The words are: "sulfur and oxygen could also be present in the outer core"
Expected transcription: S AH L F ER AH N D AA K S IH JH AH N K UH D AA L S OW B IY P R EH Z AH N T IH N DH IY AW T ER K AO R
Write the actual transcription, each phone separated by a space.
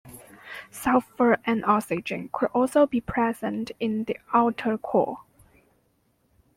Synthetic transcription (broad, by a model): S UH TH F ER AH N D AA S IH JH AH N K UH D AA L S OW B IY P R EH Z AH N T IH N DH IY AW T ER K AO R